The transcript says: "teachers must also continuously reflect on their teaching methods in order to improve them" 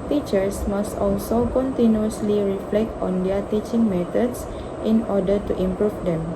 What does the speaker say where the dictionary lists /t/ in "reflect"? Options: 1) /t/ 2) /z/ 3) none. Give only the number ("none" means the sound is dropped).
1